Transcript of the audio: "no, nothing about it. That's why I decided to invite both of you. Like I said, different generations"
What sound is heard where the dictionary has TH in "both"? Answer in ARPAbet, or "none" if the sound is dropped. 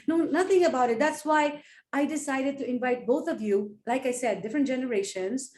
T